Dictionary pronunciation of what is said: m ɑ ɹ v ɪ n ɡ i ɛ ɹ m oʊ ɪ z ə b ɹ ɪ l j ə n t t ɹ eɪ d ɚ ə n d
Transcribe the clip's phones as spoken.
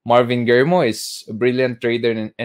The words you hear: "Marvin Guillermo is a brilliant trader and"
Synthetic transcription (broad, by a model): m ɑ ɹ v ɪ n ɡ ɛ ɹ m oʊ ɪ s ə b ɹ ɪ l j ə n t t ɹ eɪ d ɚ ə n